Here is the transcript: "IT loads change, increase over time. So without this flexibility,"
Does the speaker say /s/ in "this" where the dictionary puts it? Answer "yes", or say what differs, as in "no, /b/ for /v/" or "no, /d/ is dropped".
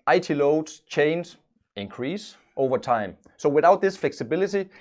yes